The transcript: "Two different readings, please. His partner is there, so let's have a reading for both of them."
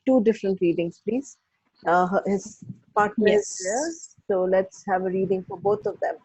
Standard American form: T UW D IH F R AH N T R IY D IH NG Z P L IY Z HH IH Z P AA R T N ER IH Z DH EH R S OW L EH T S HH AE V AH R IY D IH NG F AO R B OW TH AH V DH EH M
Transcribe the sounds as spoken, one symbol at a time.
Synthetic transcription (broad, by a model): T UW D IH F R AH N T R IY D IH NG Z P L IY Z HH IH Z P AA R T N ER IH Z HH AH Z S OW L EH T S HH AE V AH R IY D IH NG F AO R B OW T AH V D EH M